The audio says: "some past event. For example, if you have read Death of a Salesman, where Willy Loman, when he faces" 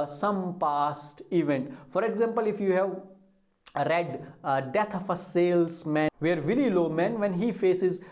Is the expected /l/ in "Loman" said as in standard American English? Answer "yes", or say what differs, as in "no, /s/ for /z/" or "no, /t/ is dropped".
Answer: yes